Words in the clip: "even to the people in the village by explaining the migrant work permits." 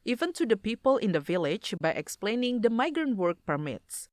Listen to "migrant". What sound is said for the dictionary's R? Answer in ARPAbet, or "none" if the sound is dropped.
R